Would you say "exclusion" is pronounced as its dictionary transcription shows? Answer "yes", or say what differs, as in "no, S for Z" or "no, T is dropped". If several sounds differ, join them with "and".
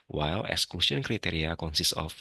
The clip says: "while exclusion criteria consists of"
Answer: no, S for ZH